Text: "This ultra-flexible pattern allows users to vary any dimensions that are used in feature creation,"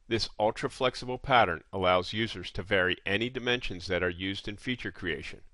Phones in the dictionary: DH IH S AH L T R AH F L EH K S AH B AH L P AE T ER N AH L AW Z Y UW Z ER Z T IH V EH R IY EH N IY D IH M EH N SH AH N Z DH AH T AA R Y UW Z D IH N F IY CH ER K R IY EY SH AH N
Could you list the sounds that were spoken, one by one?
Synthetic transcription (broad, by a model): DH IH S AH L T R AH F L EH K S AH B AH L P AE T ER N AH L AW Z Y UW Z ER Z T IH V EH R IY EH N IY D IH M EH N SH AH N Z DH AH T AA R Y UW Z D IH N F IY CH ER K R IY EY SH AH N